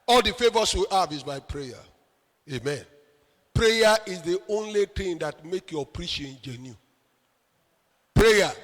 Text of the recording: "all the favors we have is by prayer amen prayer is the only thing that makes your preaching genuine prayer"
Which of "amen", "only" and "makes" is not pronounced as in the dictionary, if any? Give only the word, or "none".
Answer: makes